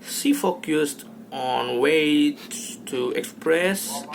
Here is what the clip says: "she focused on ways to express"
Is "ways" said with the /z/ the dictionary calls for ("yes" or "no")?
no